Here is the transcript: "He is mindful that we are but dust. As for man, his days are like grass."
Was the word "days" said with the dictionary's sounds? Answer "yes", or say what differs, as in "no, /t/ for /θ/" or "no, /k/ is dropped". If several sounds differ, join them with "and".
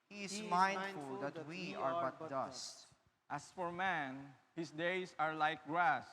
no, /s/ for /z/